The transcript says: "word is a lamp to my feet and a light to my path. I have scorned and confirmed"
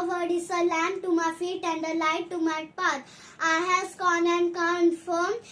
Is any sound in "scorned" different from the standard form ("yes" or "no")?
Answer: yes